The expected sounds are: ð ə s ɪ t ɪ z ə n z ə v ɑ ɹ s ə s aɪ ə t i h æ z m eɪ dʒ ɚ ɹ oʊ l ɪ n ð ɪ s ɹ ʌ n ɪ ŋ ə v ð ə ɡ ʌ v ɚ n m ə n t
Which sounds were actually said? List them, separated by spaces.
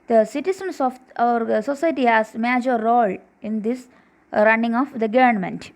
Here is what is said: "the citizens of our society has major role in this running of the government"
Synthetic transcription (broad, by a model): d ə s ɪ t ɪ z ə n s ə f ɑ ɹ s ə s aɪ t i h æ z m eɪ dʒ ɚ ɹ oʊ l ɪ n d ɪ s ɹ ʌ n ɪ ŋ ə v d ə ɡ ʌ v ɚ n m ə n t